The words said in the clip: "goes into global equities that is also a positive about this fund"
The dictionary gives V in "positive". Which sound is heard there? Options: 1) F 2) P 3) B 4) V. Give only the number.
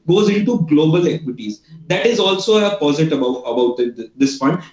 3